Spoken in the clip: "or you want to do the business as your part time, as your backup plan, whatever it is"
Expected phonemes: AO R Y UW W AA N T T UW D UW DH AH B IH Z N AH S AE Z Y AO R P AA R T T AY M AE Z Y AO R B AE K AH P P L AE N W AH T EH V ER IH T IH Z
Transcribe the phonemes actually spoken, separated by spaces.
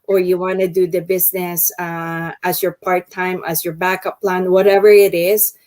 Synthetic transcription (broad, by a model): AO R Y UW W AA N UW D UW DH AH B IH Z N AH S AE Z Y AO R P AA R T T AY M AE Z Y AO R B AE K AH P P L AE N W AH T EH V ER IH T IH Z